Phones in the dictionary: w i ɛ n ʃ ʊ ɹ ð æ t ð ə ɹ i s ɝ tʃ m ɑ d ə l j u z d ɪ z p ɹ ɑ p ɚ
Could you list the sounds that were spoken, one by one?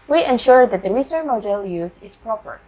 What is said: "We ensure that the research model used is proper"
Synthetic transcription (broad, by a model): w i ɛ n ʃ ʊ ɹ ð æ t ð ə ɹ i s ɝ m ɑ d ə l j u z ɪ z p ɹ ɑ p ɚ